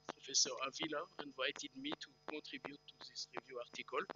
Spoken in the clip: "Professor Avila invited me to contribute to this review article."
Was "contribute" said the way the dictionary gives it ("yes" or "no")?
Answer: no